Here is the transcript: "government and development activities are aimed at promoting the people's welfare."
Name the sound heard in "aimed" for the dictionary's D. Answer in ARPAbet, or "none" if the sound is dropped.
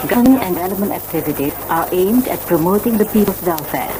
D